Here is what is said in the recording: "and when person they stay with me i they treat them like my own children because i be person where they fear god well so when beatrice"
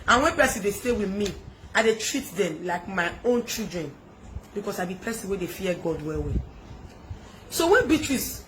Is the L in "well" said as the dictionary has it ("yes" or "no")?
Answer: no